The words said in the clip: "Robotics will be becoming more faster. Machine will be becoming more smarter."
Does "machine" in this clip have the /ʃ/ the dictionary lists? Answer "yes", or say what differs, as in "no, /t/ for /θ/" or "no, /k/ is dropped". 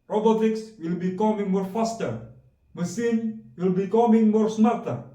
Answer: no, /s/ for /ʃ/